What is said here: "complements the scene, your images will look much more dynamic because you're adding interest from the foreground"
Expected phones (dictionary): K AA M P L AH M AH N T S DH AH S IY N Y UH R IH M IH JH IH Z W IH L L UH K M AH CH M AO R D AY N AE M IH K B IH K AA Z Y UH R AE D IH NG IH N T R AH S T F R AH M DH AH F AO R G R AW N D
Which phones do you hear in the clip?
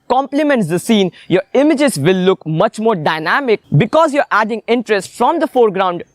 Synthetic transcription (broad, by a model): K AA M P L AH M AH N T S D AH S IY N Y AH R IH M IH JH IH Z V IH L L UH K M AH CH M AO R D AY N AE M IH K B IH K AA Z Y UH R AE D IH NG IH N T R AH S T F R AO M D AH F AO R G R AW N D